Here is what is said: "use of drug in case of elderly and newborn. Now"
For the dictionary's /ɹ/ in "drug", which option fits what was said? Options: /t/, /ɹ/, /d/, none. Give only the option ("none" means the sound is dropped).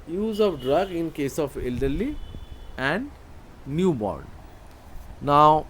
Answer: /ɹ/